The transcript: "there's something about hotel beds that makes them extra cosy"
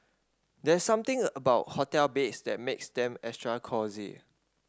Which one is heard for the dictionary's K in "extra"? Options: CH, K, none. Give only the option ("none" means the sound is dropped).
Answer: none